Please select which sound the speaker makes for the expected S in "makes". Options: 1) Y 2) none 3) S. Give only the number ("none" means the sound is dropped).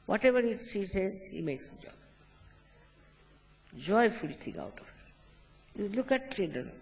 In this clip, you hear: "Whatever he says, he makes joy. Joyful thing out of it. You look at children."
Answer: 3